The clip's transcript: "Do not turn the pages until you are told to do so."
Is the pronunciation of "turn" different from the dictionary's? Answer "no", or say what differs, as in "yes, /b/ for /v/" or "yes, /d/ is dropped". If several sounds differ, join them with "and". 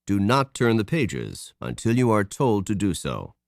no